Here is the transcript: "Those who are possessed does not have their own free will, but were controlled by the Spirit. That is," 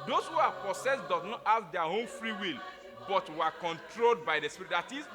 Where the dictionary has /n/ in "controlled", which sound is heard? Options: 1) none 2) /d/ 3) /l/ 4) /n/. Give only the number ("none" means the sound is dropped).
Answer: 4